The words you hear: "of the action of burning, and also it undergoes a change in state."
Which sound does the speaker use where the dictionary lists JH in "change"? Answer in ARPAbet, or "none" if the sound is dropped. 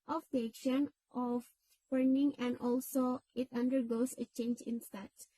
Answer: JH